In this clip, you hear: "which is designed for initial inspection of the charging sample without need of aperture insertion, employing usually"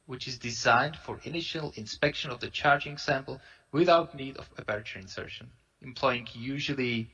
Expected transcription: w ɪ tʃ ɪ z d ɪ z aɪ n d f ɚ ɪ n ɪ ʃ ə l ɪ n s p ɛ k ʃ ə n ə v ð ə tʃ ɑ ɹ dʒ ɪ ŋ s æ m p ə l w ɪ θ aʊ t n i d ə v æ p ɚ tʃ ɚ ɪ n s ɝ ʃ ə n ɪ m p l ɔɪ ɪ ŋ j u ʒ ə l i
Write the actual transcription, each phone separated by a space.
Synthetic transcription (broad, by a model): w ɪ tʃ ɪ z d ɪ z aɪ n d f ɚ ɪ n ɪ ʃ ə l ɪ n s p ɛ k ʃ ə n ə v ð ə tʃ ɑ ɹ dʒ ɪ ŋ s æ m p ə l w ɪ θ aʊ t n i d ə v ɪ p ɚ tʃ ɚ ɪ n s ɝ ʃ ə n ɪ m p l ɔɪ ɪ ŋ j u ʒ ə l i